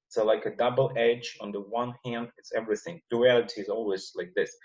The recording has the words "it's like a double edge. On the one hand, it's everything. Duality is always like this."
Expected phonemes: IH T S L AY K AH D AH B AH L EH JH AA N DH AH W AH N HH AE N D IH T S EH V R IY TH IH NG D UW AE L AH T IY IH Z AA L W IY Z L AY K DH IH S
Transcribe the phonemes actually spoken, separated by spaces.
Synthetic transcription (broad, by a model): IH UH L AY K AH D AH B L EH JH N DH AH W AH N HH AE N D IH T S EH V R IY TH IH NG D UW AE L AH T IY IH Z AA L W IY Z L AY K DH IH S